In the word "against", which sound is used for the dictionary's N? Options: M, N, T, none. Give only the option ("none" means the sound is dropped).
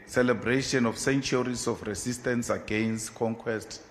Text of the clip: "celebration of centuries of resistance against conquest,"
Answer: N